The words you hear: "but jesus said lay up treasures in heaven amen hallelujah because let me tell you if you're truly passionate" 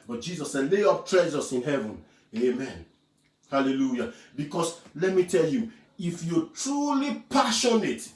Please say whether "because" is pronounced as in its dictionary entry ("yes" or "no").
no